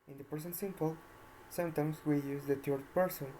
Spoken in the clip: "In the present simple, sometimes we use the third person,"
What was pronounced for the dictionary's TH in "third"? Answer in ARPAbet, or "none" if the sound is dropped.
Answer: T